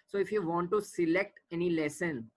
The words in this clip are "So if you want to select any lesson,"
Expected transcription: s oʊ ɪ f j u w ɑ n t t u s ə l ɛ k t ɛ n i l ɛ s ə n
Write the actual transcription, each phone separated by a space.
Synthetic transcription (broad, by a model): s oʊ ɪ f j u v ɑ n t t u s ə l ɛ k t ɛ n i l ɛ s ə n